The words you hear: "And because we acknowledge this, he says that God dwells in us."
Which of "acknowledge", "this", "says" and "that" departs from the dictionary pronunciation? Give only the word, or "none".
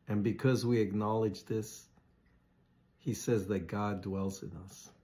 none